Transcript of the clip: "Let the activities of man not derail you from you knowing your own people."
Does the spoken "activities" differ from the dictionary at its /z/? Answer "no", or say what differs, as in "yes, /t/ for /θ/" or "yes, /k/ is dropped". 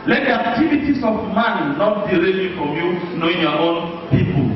yes, /s/ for /z/